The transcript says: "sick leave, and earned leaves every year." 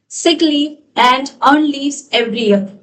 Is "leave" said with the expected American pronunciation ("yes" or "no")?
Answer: no